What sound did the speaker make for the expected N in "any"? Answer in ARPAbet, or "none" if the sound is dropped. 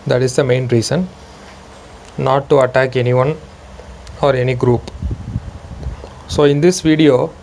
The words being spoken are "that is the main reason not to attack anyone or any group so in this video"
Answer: N